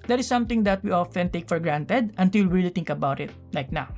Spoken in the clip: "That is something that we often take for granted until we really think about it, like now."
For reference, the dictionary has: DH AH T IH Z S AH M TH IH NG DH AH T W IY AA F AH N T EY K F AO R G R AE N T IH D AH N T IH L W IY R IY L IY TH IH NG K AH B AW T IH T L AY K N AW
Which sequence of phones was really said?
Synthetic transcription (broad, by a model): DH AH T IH S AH M T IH NG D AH T W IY AA F AH N T EY K F AO R G R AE N T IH D AH N T IH L R IY L IY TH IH NG K AH B AW T IH T L AY K N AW